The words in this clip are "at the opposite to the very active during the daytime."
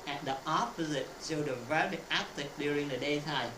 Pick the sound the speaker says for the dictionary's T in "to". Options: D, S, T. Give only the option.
S